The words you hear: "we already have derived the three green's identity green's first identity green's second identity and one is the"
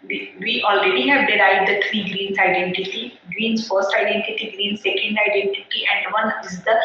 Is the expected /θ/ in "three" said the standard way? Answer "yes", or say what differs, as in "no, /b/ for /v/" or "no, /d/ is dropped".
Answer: no, /t/ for /θ/